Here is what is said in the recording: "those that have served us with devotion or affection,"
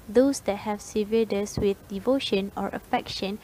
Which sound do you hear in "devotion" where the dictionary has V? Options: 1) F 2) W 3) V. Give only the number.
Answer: 3